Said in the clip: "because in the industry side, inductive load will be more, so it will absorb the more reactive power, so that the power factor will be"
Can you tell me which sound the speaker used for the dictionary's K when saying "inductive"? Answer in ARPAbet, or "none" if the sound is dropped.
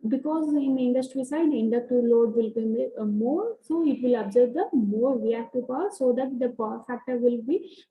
none